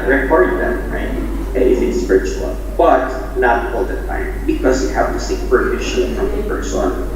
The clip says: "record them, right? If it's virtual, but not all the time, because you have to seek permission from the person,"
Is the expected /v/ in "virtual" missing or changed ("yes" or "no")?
yes